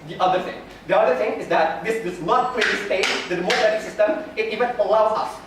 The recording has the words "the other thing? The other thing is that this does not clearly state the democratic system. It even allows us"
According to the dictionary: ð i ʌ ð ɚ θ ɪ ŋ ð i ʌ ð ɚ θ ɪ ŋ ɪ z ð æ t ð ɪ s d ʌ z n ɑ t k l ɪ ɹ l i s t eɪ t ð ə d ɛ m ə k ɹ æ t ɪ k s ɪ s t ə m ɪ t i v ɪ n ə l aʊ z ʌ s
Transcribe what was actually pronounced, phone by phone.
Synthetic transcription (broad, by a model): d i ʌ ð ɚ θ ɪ ŋ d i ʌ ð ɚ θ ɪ ŋ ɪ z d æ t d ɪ s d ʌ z n ɑ t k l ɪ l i s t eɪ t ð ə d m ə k æ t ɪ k s ɪ s t ə m ɪ t i v ɪ n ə l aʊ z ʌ s